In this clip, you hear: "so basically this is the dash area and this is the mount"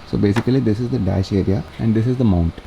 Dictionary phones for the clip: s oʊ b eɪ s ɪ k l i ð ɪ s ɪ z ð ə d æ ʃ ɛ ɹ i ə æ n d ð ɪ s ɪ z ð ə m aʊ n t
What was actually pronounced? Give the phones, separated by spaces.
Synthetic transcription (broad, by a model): s oʊ b eɪ s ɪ k l i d ɪ s ɪ z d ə d æ ʃ ɛ ɹ i ə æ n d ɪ s ɪ z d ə m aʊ n t